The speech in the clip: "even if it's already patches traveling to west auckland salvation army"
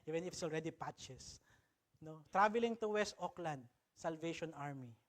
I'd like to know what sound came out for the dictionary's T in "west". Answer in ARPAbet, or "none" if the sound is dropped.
T